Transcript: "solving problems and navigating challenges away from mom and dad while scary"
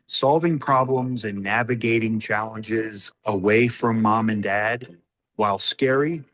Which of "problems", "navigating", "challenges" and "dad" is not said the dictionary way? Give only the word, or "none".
none